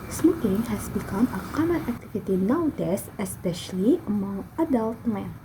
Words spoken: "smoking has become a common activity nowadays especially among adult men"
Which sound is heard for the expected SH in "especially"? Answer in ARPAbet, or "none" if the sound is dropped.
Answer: SH